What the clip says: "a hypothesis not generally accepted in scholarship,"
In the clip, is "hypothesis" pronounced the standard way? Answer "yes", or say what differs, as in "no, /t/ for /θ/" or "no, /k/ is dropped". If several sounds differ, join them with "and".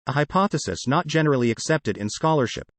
yes